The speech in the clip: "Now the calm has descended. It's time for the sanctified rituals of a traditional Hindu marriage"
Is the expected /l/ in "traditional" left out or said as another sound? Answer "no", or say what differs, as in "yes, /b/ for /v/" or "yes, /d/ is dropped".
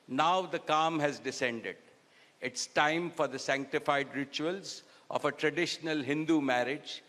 no